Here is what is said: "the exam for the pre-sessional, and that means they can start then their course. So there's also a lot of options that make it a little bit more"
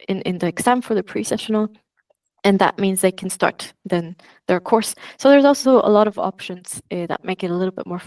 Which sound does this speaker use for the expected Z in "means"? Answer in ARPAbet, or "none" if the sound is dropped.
Z